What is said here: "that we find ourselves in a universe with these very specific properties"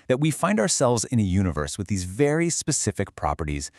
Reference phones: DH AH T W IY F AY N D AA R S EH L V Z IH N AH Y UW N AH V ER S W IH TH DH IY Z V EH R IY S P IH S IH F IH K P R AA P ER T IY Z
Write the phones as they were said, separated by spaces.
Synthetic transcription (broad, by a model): DH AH T W IY F AY N D AA R S EH L V Z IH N AH Y UW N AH V ER S W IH DH IY Z V EH R IY S P IH S IH F IH K P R AA P ER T IY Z